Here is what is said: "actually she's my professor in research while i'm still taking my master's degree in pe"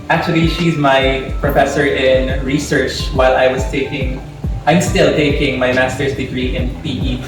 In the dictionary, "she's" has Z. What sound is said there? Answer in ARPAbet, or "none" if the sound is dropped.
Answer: Z